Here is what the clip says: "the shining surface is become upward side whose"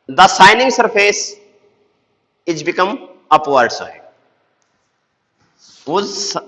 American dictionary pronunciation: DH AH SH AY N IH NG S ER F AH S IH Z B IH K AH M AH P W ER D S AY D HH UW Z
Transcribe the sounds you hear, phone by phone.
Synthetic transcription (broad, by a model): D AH S AY N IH NG S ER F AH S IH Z B IH K AH M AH P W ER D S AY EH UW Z